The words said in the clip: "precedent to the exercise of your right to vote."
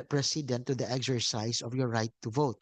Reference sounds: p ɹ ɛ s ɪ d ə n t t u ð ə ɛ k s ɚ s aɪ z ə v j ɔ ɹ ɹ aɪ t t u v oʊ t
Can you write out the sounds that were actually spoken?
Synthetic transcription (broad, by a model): p ɹ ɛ s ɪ d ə n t t u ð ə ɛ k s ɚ s aɪ s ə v j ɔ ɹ ɹ aɪ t t u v oʊ t